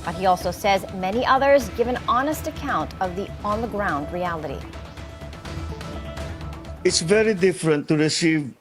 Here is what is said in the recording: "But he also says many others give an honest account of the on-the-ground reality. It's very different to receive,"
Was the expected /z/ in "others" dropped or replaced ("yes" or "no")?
no